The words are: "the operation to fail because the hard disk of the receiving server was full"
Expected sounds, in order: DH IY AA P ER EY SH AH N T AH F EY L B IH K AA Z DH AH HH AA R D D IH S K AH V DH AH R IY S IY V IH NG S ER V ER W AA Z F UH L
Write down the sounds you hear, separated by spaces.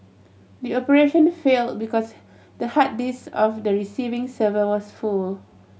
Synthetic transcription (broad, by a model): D IY AA P ER EY SH AH N F EY L B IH K AA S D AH HH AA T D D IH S AH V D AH R IY S IY V IH NG S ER V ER W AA S F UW L